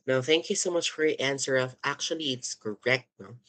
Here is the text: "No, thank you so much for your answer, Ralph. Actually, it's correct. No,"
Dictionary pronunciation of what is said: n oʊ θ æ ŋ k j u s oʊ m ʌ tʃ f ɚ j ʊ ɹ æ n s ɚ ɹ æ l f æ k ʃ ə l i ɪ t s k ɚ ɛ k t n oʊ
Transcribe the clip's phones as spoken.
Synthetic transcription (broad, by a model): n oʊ θ æ ŋ k j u s oʊ m ʌ tʃ f ɚ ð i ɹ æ n s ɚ ɹ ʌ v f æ k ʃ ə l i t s k ɚ ɛ k t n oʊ